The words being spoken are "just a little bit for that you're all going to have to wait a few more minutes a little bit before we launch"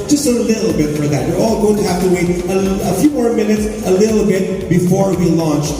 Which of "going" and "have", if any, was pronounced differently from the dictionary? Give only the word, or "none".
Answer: have